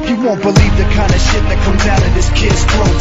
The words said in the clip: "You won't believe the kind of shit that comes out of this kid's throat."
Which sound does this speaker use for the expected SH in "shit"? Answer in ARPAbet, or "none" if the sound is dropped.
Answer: SH